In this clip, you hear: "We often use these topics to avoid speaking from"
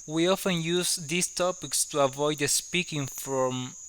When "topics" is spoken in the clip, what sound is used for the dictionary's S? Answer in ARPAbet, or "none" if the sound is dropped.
S